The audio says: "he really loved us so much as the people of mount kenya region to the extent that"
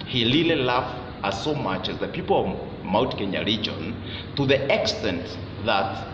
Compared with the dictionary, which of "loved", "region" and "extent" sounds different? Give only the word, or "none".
loved